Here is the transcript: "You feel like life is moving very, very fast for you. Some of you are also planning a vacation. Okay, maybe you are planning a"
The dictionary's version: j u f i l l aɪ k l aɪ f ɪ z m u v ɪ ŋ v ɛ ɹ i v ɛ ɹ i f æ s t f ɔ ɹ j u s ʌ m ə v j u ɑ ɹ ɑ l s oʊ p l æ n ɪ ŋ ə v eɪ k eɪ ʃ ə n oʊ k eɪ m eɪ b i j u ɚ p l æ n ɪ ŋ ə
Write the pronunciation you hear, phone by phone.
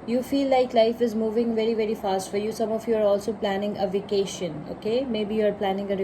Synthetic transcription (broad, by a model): j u f i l l aɪ k l aɪ f ɪ z m u v ɪ ŋ v ɛ ɹ i v ɛ ɹ i f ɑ s t f ɔ ɹ j u s ʌ m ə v j u ɑ ɹ ɑ l s oʊ p l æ n ɪ ŋ ə v eɪ k eɪ ʃ ə n oʊ k eɪ m eɪ b i j u ɚ p l æ n ɪ ŋ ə